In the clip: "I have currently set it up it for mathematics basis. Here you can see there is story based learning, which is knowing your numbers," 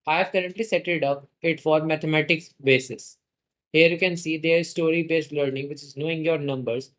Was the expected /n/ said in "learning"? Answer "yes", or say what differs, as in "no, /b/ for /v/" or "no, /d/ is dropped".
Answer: yes